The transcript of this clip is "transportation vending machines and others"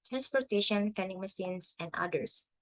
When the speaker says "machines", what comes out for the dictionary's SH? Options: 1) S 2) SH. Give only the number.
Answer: 1